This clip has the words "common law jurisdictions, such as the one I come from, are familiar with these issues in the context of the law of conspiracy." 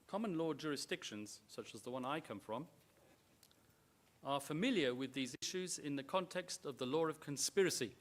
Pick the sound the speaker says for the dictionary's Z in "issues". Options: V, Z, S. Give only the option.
Z